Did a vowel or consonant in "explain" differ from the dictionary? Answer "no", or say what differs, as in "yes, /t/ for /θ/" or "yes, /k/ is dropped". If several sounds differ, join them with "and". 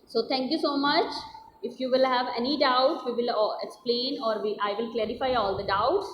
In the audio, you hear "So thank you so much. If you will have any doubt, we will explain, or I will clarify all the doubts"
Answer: no